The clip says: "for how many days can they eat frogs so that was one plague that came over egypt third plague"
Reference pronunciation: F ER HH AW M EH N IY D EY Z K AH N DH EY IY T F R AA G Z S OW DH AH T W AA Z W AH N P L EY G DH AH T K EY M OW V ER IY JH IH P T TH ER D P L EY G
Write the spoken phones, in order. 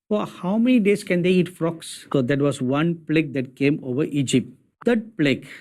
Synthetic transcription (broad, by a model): F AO HH AW M EH N IY D EY S K AH N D EY IY T F R AA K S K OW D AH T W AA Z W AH N P L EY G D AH T K EY M OW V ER IY JH IH P T T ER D P L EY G